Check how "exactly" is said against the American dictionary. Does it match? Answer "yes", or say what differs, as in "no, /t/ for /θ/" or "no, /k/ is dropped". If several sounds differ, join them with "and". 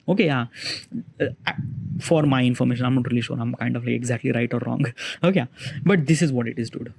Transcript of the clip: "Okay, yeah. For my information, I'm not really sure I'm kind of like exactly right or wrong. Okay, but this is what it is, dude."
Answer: yes